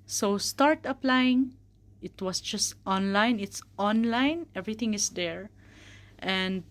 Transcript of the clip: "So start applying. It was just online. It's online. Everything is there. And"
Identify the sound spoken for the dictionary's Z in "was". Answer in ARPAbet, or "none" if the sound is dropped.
S